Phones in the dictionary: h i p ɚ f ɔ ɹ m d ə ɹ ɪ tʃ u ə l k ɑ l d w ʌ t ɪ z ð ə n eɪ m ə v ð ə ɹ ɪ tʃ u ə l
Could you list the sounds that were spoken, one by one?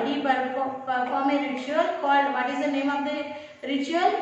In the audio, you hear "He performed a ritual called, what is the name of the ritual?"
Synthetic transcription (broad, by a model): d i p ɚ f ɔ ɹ m ə ɹ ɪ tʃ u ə l k ɑ l d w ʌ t ɪ z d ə n eɪ m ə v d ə ɹ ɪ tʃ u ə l